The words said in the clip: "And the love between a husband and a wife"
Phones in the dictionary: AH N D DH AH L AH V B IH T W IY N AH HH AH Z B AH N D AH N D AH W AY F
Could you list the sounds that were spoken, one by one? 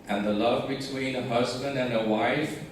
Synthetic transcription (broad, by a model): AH N DH AH L AH V B IH T W IY N AH HH AH Z B AH N D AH N AH W AY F